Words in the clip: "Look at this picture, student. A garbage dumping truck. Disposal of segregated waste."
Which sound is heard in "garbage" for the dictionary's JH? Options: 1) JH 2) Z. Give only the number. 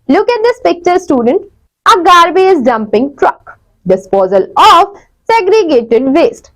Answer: 2